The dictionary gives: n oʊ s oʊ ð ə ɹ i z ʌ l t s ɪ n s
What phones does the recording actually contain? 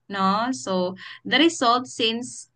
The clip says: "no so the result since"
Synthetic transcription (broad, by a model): n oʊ s oʊ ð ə ɹ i s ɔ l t s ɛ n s